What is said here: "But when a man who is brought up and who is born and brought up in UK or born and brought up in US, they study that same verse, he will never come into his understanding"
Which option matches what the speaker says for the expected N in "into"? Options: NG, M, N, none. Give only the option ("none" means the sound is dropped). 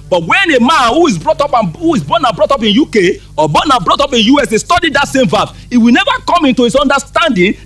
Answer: N